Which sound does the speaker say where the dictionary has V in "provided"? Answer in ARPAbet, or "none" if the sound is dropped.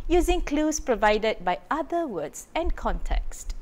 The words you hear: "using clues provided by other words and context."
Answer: V